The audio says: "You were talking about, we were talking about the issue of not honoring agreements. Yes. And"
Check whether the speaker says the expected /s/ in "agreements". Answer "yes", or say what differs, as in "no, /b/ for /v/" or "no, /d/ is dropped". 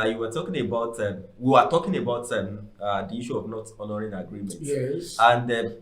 no, /s/ is dropped